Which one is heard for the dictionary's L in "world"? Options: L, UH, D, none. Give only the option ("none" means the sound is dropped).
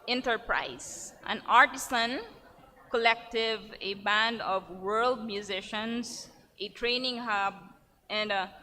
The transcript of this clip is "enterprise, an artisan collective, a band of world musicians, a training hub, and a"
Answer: L